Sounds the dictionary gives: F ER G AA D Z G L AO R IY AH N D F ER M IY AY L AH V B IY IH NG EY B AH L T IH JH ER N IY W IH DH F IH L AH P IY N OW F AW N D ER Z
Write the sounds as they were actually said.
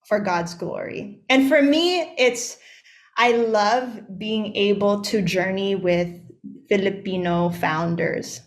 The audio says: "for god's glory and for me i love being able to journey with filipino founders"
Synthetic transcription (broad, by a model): F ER G AA D Z G L AO R IY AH N F ER M IY AY L AH V B IY IH NG EY B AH L T IH JH ER N IY W IH DH F IH L AH P IY N OW F AW N D ER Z